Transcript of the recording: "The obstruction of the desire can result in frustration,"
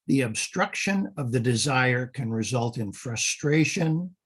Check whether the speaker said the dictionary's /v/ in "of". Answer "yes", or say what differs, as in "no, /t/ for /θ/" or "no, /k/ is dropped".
yes